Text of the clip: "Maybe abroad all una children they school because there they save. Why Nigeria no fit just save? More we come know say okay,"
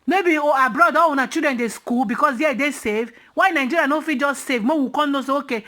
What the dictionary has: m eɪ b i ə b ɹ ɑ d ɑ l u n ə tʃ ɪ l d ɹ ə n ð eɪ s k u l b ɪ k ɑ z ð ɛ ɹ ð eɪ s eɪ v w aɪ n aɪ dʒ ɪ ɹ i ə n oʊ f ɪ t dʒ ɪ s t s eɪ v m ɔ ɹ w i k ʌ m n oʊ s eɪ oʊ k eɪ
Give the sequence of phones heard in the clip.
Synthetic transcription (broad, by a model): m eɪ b i ə b ɹ ɑ d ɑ w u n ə tʃ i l d ɹ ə n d eɪ s k u l b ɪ k ɑ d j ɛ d eɪ s eɪ v w aɪ n aɪ dʒ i ɹ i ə n oʊ f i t dʒ ɪ s t s eɪ v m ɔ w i k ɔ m n oʊ s eɪ oʊ k eɪ